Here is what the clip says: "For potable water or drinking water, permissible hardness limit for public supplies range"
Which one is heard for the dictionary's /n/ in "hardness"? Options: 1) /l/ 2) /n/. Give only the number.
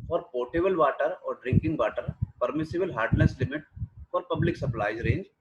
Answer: 1